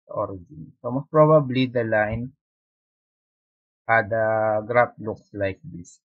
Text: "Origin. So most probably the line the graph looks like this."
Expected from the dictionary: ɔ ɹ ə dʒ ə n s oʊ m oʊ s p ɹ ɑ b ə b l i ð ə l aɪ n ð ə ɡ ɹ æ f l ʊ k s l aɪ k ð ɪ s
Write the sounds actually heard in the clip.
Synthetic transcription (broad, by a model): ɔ ɹ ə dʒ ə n s oʊ m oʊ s p ɹ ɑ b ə b l i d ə l aɪ n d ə ɡ ɹ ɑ p l ʊ k s l aɪ k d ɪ s